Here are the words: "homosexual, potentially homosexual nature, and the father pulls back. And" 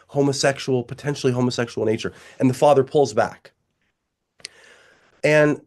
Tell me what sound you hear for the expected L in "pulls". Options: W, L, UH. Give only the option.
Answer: L